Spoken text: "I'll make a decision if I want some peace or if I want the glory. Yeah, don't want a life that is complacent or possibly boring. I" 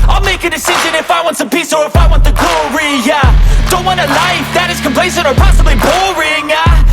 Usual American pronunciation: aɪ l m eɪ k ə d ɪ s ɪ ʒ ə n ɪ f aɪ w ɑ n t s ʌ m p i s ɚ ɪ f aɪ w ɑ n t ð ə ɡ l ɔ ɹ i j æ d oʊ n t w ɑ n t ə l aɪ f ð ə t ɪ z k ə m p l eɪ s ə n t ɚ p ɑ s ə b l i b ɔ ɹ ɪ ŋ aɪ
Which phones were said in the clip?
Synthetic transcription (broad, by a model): aɪ l m eɪ k ə d ɪ s ɪ ʒ ə n ɪ f aɪ w ɑ n t s ʌ m p i s ɚ ɪ f aɪ w ɑ n t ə ɡ l ɔ ɹ i j æ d oʊ n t w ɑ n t ə l aɪ f ð ə t ɪ z k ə m p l eɪ s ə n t ɚ p ɑ s ə b l i b ɔ ɹ ɪ ŋ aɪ